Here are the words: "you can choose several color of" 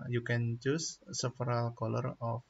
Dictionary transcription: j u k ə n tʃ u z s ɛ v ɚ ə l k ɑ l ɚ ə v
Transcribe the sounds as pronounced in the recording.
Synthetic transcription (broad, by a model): j u k ə n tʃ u s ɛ f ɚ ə l k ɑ l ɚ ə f